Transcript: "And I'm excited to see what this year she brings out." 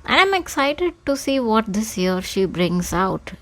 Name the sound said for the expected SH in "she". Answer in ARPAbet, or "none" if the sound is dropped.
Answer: SH